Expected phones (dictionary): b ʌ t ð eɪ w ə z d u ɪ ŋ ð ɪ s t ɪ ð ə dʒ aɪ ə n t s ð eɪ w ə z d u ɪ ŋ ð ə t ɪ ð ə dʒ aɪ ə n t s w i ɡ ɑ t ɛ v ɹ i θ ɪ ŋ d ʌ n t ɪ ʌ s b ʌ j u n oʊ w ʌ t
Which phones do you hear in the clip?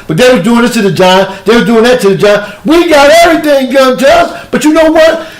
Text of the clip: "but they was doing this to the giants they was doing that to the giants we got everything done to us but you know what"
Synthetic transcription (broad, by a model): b ʌ t ð eɪ w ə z d u ɪ ŋ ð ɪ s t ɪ ð ə dʒ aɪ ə ð eɪ w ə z d u ɪ ŋ ð ə t ɪ ð ə dʒ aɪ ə w i ɡ ɑ t ɛ v ɹ i θ ɪ ŋ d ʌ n t ɪ ʌ s b ʌ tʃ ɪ n oʊ w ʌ t